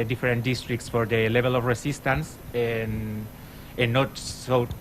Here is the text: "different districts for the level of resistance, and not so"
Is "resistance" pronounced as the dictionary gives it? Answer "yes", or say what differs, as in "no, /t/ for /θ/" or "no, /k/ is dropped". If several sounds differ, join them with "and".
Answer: no, /s/ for /z/